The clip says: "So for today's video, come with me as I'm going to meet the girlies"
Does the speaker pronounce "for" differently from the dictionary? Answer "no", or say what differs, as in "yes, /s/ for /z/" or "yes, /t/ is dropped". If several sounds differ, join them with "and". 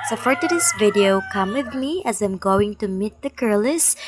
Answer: yes, /p/ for /f/